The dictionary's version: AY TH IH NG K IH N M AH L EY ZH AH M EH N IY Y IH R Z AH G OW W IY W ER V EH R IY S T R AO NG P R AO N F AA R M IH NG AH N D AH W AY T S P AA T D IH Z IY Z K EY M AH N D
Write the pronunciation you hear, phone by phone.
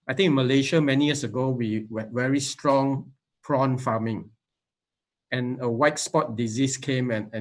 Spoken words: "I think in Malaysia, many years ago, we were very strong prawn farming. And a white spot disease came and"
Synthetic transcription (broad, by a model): AY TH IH NG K IH N M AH L EY SH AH M EH N IY Y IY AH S AH G OW W IY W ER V EH R IY S T R AO NG P R AO N F AA M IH NG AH N AH W AY T S P AA T D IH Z IY S K EY M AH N